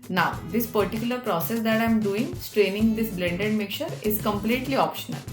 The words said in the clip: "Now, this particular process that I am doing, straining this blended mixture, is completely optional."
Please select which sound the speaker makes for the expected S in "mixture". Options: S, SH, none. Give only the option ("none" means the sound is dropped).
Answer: none